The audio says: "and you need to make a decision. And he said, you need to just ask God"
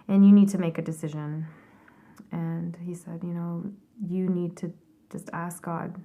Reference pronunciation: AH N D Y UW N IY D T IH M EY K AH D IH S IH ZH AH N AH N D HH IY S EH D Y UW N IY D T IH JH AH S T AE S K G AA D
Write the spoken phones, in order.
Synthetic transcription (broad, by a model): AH N Y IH N IY D T IH M EY K AH D IH S IH ZH AH N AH N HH IY S EH D Y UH N IY D T IH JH AH S T AE S K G AA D